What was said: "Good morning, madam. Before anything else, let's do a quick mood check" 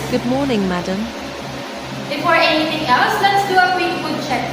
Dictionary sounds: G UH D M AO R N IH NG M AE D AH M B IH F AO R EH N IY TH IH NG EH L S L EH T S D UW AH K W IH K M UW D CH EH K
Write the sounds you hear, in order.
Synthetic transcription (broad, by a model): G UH D M AO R N IH NG M AE D AH M B IH F AO R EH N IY T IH NG EH L S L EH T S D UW AH K W IH K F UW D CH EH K